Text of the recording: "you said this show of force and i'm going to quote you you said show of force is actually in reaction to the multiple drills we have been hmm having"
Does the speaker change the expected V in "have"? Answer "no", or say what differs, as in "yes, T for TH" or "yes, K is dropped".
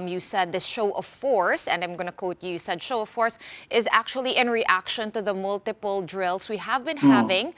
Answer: no